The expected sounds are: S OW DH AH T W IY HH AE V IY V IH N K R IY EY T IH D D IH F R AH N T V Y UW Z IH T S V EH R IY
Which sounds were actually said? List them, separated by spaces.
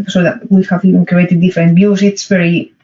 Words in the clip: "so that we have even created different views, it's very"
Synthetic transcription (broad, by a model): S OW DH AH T W IY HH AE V IY V IH N K R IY EY T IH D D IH F R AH N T B Y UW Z IH T S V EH R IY